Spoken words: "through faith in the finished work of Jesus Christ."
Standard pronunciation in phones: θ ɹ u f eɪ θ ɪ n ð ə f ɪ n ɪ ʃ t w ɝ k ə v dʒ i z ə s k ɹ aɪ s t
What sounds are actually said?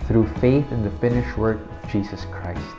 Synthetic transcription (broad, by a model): θ ɹ u f eɪ θ ɪ n ð ə f ɪ n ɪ ʃ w ɝ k ə v dʒ i z ə s k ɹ aɪ s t